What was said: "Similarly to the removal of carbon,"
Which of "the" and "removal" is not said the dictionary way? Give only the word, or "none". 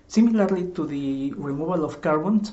removal